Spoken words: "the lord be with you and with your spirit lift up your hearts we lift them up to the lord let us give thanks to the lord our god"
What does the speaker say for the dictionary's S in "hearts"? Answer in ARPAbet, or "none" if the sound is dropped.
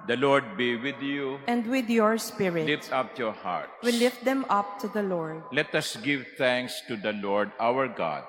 none